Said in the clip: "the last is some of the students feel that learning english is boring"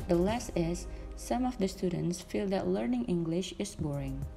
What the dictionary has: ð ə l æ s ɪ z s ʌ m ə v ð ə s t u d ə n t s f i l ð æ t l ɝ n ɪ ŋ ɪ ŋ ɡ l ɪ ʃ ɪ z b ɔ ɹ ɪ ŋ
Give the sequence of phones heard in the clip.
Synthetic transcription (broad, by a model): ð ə l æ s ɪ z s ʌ m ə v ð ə s t u d ə n t s f i l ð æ t l ɝ n ɪ ŋ ɪ ŋ ɡ l ɪ ʃ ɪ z b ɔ ɹ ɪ ŋ